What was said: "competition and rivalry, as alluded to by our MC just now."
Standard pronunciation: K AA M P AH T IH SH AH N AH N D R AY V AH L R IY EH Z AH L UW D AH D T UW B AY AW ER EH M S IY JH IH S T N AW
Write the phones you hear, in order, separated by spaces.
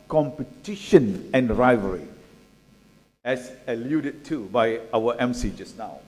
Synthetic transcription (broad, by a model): K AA M P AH T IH SH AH N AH N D R AY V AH R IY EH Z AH L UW D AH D T UW B AY AW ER EH M S IY JH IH S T N AW